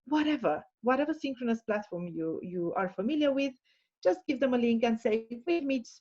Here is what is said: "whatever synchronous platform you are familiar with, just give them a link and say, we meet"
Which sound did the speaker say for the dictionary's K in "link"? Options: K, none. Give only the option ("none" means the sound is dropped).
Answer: K